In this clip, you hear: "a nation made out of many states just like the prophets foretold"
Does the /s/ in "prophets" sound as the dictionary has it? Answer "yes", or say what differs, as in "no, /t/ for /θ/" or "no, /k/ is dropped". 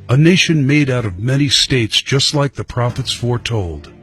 yes